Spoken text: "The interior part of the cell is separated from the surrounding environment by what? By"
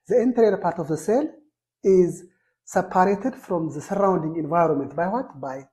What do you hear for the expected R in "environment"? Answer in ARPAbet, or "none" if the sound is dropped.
R